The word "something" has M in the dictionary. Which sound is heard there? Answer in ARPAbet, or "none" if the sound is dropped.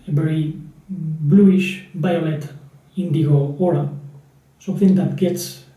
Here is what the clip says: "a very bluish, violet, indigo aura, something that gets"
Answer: none